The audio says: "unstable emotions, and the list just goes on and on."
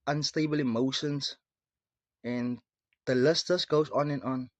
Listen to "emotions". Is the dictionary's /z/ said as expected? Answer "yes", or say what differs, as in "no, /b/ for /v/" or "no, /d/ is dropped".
no, /s/ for /z/